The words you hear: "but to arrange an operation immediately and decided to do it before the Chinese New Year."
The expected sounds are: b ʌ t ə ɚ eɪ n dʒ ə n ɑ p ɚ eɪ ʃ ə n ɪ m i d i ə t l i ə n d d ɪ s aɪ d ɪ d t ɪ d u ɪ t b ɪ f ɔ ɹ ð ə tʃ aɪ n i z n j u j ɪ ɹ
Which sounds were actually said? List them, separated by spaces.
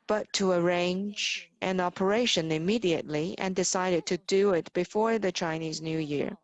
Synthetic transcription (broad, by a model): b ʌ t ə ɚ eɪ n dʒ ə n ɑ p ɚ eɪ ʃ ə n ɪ m i d i ə t l i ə n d d ɪ s aɪ d ɪ d t ɪ d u ɪ t b ɪ f ɔ ɹ ð ə tʃ aɪ n i z n j u j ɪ ɹ